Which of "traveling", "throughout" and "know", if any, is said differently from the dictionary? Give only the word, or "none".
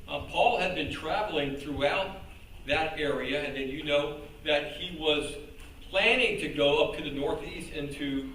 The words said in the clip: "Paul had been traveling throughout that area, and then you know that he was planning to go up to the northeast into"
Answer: none